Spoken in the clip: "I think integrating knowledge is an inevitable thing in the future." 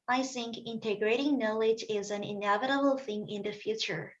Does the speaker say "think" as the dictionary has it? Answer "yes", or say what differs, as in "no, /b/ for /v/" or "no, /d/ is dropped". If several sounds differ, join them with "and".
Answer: yes